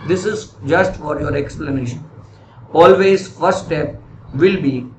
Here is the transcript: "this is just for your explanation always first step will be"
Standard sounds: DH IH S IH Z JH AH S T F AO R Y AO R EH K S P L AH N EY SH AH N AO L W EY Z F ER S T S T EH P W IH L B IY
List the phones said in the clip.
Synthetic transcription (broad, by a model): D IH S IH Z JH AH S T F AO R Y AO R EH K S P L AH N EY SH AH N AO L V EY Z F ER T S T EH P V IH L B IY